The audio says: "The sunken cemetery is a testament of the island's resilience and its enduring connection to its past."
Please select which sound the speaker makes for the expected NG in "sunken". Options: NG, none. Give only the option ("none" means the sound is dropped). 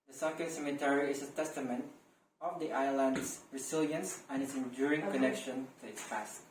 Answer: none